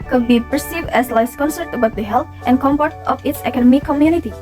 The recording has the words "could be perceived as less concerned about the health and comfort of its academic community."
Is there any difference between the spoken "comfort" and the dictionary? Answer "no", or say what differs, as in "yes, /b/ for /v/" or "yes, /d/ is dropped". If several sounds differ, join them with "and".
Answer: yes, /p/ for /f/